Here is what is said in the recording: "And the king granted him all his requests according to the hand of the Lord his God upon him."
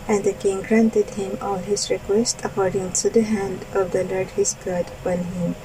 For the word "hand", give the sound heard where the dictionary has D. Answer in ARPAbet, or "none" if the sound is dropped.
D